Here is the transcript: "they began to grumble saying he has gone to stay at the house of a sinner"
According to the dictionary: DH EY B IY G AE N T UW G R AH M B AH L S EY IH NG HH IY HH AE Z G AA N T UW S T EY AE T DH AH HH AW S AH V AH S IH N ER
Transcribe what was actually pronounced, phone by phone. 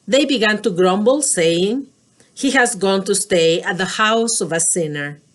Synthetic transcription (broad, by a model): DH EY B IY G AE N T UW G R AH M B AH L S EY IH NG HH IY HH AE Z G AA N T UW S T EY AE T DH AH HH AW S AH V AH S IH N ER